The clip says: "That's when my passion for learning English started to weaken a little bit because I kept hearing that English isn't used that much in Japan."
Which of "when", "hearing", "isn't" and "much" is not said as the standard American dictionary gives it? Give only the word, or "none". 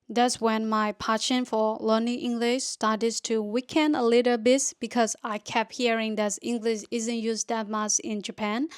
much